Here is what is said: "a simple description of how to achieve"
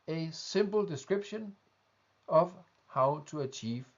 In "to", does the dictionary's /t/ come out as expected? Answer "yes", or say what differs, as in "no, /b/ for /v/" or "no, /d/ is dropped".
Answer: no, /s/ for /t/